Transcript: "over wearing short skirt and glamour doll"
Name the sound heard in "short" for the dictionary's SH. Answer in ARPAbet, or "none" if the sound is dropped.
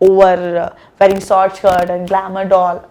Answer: S